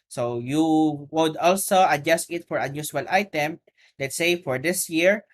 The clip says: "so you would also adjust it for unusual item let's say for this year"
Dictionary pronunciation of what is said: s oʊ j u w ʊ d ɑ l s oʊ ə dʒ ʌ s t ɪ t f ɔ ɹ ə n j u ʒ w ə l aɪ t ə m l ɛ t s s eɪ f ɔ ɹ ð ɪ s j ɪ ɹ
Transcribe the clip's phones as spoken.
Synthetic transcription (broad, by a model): s oʊ j u w ʊ d ɑ l s oʊ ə dʒ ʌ s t ɪ t f ɔ ɹ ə n j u ʃ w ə l aɪ t ə m l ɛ t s s eɪ f ɔ ɹ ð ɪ s j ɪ ɹ